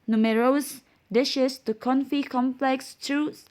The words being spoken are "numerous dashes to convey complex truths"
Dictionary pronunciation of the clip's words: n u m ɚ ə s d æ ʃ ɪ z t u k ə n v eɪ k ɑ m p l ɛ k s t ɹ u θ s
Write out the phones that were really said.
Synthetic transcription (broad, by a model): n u m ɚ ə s d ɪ ʃ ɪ s t u k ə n f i k ɑ m p l ɛ k s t ɹ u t s